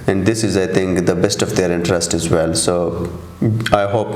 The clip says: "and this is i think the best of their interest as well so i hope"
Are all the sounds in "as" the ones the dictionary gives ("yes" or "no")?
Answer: yes